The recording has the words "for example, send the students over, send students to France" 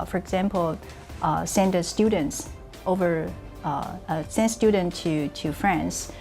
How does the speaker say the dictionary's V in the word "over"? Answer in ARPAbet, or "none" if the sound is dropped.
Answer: V